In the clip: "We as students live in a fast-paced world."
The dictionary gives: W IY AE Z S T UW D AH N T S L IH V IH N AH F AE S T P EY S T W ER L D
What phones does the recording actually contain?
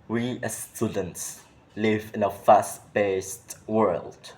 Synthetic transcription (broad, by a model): W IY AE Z S T UW D AH N T S L IH V IH N AH F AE S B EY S T W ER L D